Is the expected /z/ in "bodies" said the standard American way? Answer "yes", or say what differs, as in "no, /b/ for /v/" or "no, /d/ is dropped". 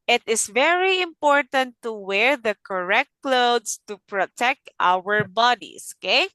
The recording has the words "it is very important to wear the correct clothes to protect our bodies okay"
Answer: no, /s/ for /z/